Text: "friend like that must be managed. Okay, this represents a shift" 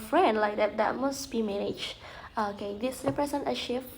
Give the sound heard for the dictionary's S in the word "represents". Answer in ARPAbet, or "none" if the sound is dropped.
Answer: none